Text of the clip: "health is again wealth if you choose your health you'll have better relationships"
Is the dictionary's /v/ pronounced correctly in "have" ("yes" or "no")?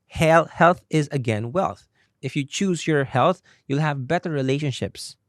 yes